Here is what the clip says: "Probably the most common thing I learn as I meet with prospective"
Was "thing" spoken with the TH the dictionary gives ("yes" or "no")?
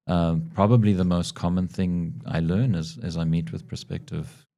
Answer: yes